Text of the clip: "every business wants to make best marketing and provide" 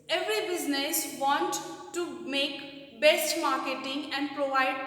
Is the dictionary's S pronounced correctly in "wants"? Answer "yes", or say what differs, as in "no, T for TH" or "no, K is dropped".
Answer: no, S is dropped